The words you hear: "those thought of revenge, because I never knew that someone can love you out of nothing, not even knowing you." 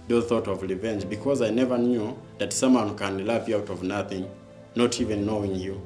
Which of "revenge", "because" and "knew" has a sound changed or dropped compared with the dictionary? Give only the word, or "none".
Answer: none